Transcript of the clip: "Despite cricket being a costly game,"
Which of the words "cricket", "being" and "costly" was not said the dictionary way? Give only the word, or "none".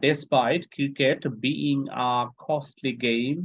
cricket